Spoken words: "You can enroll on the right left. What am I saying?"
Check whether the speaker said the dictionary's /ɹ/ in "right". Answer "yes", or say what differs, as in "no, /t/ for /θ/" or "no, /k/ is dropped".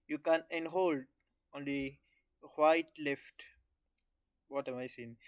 no, /w/ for /ɹ/